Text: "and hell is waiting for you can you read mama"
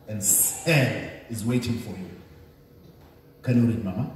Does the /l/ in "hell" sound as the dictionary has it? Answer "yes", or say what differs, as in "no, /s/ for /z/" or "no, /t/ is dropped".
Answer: no, /n/ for /l/